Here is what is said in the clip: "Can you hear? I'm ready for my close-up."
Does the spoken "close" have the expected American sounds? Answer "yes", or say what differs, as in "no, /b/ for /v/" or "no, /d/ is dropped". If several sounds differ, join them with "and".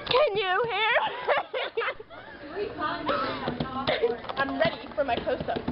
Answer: no, /l/ is dropped